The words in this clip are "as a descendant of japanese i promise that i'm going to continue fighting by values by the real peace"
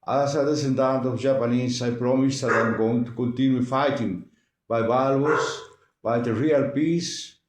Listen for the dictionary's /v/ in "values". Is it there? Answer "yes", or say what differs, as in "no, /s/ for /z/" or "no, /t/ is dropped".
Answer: no, /b/ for /v/